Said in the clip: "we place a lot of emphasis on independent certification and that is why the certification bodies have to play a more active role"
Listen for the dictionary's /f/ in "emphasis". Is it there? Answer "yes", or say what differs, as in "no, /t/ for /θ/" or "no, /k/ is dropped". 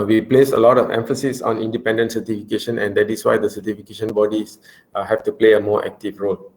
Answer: yes